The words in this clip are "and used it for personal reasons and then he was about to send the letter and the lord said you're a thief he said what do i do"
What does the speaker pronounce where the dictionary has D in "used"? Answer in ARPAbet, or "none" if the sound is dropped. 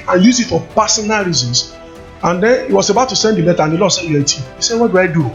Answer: none